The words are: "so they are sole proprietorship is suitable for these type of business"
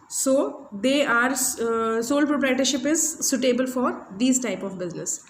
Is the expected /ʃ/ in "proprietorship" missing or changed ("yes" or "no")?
no